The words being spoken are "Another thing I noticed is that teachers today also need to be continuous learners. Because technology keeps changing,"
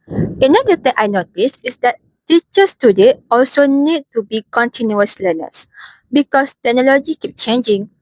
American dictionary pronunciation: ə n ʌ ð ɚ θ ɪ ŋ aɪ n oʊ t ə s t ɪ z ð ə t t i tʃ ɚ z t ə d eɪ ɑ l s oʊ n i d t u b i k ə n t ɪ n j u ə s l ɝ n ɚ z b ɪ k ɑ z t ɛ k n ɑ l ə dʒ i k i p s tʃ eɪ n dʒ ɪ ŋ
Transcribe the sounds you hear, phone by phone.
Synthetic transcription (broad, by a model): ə n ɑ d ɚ t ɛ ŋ aɪ n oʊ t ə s ɪ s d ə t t i tʃ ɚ s t ə d eɪ ɑ l s oʊ n i d t u b i k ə n t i n j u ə s l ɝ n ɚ s b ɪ k ɑ s t ɛ k n ɑ l ə dʒ i k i p tʃ eɪ n dʒ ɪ ŋ